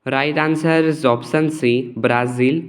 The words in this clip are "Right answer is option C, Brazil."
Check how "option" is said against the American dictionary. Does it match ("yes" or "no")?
no